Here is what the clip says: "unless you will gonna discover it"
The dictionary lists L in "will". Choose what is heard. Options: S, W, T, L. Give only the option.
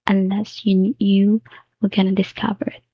W